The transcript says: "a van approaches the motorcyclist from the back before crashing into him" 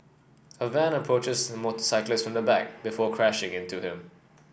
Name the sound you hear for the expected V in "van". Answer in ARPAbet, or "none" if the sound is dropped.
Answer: V